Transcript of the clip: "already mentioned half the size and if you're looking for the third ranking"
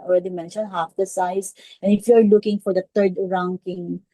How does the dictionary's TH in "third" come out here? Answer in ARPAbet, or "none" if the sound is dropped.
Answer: T